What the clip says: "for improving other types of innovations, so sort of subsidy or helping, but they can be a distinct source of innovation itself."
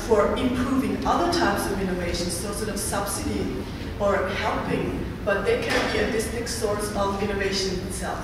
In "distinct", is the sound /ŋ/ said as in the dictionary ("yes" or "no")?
no